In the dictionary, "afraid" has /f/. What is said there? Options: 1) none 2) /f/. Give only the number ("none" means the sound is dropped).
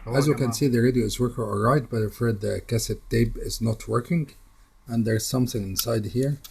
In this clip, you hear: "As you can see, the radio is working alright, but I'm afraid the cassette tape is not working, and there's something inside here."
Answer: 1